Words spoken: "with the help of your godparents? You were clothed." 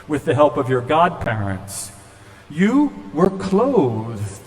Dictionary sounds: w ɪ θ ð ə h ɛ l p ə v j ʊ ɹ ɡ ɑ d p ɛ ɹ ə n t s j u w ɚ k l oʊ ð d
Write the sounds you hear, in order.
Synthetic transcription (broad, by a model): w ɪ ð ə h ɛ l p ə v j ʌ ɹ ɡ ɑ d p ɛ ɹ ə n t s j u w ɚ k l oʊ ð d